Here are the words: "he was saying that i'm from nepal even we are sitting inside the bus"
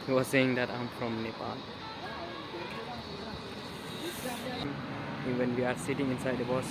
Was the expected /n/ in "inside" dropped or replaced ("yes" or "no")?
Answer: no